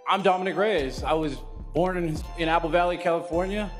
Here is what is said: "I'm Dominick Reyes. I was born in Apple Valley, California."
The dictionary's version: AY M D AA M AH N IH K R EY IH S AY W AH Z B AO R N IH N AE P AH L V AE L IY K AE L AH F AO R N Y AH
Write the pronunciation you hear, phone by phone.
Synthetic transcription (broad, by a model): AY M D AA M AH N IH K R EY IH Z AY W AH Z B AO R N IH N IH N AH L V AE L IY K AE L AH F AO R N Y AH